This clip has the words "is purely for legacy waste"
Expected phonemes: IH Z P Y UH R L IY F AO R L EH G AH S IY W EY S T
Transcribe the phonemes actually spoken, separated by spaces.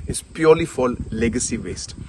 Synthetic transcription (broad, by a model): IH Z P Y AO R L IY F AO L L EH G AH S IY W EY S T